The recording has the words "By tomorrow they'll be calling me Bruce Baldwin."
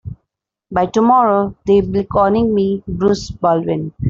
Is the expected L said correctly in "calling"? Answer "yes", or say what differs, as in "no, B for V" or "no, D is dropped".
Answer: no, N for L